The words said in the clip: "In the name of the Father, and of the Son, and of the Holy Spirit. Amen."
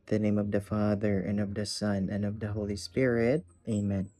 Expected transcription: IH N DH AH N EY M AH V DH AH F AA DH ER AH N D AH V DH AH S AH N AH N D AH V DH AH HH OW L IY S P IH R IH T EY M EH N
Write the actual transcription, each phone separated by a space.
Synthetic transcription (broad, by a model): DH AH N EY M AH V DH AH F AA DH ER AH N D AH V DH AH S AH N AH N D AH V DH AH HH OW L IY S P IH R IH T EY M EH N